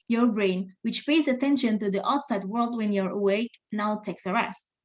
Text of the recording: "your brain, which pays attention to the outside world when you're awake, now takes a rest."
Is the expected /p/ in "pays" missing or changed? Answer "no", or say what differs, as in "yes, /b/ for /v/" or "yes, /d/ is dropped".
no